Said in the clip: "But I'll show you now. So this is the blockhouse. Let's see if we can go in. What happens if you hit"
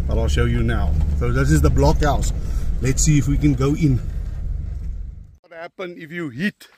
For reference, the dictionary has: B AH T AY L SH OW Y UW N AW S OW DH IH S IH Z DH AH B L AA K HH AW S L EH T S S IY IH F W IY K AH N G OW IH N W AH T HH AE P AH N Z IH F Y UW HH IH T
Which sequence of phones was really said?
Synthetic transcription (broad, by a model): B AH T AY L SH OW Y UW N AW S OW DH IH S IH Z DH AH B L AA K HH AW S L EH T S S IY IH F W IY K AH N G OW IH N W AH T HH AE P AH N IH F Y UW HH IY T